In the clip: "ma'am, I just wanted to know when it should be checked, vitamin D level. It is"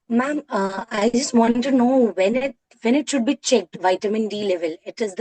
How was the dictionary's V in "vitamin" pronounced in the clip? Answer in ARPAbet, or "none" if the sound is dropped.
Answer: V